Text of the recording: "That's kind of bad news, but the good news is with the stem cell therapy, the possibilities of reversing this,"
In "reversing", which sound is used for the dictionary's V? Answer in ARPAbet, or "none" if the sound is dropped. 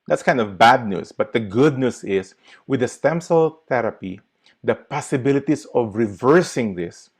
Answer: V